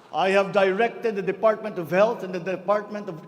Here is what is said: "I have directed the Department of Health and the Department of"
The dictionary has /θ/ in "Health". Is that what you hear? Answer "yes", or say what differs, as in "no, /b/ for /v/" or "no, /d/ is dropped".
no, /t/ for /θ/